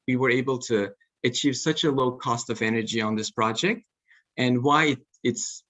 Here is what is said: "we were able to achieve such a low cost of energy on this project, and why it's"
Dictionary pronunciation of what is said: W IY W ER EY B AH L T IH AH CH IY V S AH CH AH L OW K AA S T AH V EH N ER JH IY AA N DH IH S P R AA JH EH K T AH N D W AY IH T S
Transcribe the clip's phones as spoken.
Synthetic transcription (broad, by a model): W IY W ER EY B L T IH AH CH IY V S AH CH AH L OW K AA S T AH V EH N ER JH IY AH N DH IH S P R AA JH EH K T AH N W AY IH T S